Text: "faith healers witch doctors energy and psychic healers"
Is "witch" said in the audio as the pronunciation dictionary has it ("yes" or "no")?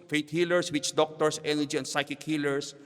yes